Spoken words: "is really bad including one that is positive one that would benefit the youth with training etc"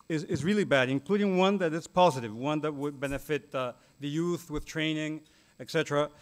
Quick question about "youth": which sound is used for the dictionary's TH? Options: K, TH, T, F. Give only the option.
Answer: TH